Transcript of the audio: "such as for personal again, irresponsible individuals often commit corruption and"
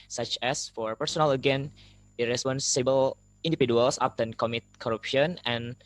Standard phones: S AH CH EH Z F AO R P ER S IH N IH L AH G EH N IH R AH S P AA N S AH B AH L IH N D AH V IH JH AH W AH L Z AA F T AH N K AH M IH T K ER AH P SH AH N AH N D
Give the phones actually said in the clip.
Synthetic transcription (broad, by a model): S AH CH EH S F AO R P ER S IH N IH L AH G EH N IH R AH S P AA N S AH B AH L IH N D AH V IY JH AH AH L S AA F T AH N K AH M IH T K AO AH P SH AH N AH N